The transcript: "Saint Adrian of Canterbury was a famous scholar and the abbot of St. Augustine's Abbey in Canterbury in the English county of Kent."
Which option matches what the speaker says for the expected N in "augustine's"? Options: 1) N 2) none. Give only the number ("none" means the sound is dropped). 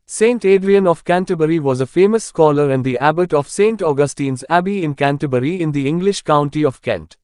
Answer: 1